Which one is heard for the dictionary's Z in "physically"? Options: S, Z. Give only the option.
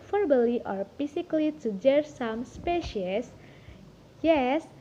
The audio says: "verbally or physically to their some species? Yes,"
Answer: S